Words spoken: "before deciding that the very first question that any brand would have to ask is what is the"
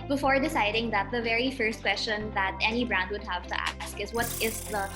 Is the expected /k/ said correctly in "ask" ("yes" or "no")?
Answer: yes